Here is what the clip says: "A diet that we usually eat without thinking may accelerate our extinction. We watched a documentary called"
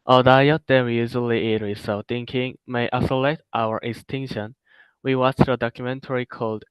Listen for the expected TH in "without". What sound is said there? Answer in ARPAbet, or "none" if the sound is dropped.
S